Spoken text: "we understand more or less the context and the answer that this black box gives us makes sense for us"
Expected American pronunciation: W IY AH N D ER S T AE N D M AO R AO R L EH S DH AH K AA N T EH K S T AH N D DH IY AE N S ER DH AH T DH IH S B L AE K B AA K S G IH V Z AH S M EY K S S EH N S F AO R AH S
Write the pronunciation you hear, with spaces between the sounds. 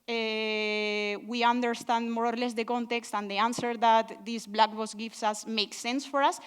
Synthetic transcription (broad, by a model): W IY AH N D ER S T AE N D M AO R AO R L EH S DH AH K AA N T EH K S T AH N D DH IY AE N S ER DH AH T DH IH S B L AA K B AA S G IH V S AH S M EY K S S EH N S F AO R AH S